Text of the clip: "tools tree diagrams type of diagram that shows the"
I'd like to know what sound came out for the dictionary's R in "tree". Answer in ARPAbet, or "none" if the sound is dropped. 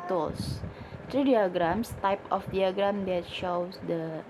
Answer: R